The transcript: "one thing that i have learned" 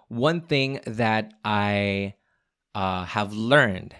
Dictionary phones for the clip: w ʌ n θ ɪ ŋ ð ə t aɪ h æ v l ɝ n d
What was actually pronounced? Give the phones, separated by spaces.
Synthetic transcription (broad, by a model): w ʌ n θ ɪ ŋ ð ə t aɪ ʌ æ v l ɝ n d